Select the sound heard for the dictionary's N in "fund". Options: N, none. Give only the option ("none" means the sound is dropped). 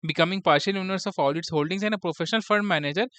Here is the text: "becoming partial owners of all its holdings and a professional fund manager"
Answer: none